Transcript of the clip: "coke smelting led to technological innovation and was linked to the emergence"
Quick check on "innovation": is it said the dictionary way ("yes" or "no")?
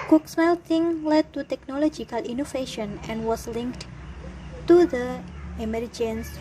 no